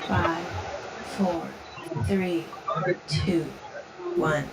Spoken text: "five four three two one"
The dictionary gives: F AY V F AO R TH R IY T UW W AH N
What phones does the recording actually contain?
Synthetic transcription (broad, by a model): F AY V F AO R TH R IY T UW W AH N